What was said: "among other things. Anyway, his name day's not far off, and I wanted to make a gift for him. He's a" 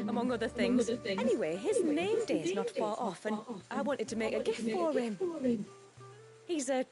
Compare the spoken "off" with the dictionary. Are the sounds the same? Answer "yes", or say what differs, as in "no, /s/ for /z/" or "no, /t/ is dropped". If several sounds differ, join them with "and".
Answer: yes